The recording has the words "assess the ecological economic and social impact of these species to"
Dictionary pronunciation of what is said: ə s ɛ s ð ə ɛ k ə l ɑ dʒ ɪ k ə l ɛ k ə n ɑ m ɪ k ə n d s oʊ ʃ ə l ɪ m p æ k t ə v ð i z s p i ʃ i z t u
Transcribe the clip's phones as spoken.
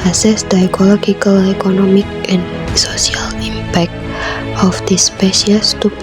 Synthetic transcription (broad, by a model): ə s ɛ s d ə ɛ k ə l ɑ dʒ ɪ k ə l ɛ k ə n ɑ m ɪ k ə n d s oʊ s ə l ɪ m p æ k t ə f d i s p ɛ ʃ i s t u